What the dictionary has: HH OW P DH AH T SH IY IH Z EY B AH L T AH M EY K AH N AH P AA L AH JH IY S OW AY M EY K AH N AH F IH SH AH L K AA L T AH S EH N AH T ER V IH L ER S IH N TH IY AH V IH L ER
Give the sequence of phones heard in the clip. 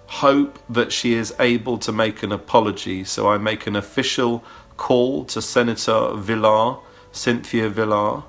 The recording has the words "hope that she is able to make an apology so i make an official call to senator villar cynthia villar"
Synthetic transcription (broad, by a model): HH OW P DH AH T SH IY IH Z EY B AH L T AH M EY K AH N AH P AA L AH JH IY S OW AY M EY K AH N AH F IH SH AH L K AA L T AH S EH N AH T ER V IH L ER S IH N TH IY AH V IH L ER